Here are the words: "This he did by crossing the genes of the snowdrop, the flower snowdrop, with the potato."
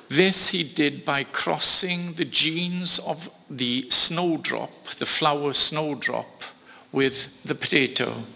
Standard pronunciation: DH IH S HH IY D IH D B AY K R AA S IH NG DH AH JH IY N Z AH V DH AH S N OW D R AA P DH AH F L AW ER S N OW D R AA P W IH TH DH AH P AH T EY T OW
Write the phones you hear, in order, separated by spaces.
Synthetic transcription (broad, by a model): DH IH S HH IY D IH D B AY K R AA S IH NG DH AH JH IY N Z AH V DH AH S N OW D R AA P DH AH F L AW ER S N OW D R AA P W IH DH AH P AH T EY T OW